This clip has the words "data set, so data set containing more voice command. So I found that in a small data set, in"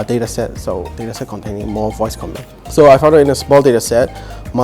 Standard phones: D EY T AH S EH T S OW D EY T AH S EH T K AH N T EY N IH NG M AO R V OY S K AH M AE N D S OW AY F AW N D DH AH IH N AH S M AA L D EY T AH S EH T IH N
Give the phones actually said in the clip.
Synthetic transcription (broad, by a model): D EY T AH S EH T S OW D EY T AH S EH T K AH N T EY N IH NG M AO V OY S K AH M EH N S OW AY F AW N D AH IH N AH S M AA L D EY T AH S EH T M